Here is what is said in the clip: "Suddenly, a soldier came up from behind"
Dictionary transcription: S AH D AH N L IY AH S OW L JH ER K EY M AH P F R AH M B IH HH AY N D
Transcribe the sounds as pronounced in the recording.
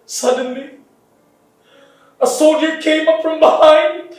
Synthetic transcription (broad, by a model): S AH D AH N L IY AH S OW JH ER K EY M AH P F R AH M B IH HH AY N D